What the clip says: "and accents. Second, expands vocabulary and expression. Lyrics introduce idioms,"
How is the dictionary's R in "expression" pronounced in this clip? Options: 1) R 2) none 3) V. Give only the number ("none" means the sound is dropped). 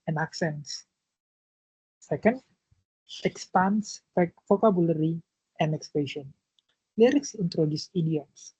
2